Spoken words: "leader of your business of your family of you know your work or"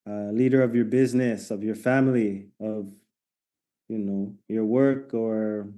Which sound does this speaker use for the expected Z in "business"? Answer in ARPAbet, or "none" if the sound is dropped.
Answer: Z